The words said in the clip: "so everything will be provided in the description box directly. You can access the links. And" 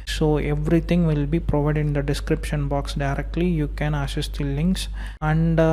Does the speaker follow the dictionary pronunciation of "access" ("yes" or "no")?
no